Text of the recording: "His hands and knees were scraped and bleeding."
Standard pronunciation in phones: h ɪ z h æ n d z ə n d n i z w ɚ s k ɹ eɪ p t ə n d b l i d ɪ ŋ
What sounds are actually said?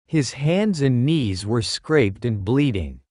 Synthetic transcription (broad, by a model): h ɪ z h æ n d z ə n n i z w ɚ s k ɹ eɪ p t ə n b l i d ɪ ŋ